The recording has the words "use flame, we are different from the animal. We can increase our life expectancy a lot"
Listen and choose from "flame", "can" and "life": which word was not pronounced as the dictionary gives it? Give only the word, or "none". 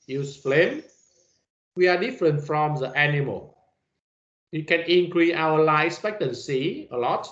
life